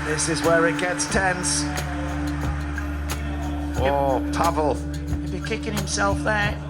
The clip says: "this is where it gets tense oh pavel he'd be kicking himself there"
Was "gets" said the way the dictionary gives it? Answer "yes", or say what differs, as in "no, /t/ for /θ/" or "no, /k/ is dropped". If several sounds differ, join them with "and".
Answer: yes